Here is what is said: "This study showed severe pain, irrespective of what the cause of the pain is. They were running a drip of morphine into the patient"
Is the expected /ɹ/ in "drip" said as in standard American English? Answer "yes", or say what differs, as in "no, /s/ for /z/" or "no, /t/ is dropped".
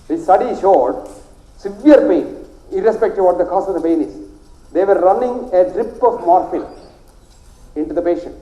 yes